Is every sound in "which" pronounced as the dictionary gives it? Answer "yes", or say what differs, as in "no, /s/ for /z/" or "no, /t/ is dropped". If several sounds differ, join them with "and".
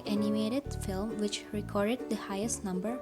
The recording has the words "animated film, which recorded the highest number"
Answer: yes